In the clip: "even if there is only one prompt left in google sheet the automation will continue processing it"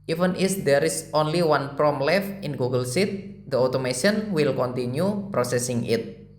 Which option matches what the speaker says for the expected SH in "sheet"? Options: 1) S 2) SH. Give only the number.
1